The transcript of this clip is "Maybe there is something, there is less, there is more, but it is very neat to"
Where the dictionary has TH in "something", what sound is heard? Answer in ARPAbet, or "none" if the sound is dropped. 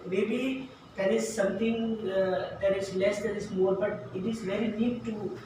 T